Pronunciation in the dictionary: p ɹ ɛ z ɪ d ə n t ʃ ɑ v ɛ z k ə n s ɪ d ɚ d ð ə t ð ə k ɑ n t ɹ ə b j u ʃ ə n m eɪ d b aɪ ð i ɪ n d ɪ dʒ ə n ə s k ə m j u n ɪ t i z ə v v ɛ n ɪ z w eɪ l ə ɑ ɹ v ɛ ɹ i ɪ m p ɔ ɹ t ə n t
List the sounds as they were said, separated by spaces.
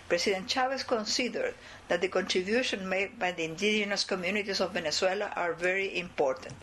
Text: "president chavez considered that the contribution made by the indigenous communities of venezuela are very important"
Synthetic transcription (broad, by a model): p ɹ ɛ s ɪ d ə n t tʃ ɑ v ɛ s k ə n s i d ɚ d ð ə t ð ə k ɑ n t ɹ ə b j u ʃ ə n m eɪ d b aɪ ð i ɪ n d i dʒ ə n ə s k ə m j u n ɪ t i s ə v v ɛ n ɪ s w eɪ l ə ɑ ɹ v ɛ ɹ i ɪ m p ɔ ɹ t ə n t